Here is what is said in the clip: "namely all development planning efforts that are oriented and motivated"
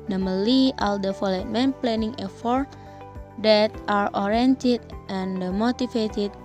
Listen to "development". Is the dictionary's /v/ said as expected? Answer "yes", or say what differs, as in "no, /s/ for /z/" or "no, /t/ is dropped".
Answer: no, /f/ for /v/